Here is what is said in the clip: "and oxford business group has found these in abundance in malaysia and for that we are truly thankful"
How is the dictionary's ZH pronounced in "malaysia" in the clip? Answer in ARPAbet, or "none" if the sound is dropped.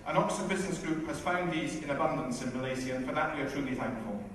Z